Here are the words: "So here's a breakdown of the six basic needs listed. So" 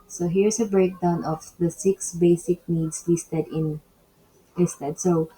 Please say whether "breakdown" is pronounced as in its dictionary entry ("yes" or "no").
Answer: yes